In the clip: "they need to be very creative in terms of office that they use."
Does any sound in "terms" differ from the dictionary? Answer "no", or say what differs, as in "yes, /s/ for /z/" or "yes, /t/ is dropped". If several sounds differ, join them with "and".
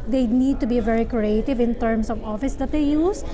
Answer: yes, /s/ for /z/